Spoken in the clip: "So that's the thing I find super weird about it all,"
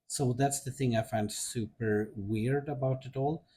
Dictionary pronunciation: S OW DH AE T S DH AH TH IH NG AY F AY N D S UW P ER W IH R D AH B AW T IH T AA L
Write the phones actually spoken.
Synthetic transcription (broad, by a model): S OW DH AE T S DH AH TH IH NG AY F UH N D S UW P ER W IH R D AH B AW T IH T AA L